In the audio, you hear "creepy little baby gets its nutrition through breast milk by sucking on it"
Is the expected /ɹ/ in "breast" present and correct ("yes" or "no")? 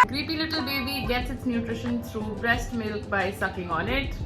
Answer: yes